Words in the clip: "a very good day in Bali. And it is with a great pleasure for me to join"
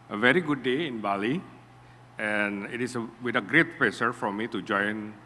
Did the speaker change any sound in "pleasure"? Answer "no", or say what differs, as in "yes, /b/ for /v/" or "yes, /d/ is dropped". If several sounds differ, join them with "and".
yes, /s/ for /ʒ/